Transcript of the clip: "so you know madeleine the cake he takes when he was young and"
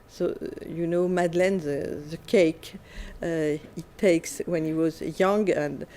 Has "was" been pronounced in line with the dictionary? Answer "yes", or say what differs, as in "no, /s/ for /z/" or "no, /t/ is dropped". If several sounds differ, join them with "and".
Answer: yes